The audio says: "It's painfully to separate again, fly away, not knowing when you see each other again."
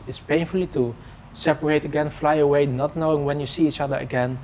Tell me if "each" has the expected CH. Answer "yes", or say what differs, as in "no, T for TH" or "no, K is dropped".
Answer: yes